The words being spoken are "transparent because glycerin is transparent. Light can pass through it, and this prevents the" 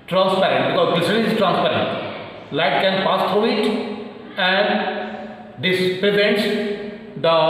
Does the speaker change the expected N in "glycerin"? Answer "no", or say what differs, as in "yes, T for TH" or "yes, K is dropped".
yes, N is dropped